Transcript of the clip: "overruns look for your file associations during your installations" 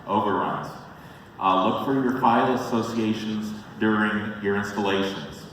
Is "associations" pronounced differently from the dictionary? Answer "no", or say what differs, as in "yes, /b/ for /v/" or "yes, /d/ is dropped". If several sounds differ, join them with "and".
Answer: no